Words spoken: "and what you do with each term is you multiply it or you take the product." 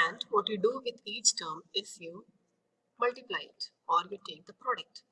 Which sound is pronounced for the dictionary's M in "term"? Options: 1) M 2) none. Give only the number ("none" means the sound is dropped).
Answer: 1